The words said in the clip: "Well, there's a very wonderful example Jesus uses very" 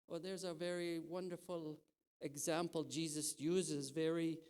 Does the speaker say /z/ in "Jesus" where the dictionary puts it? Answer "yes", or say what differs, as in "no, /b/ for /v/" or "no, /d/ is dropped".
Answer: yes